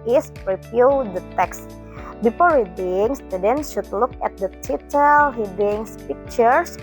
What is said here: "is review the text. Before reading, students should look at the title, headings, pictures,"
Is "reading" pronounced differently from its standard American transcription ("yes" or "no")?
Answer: yes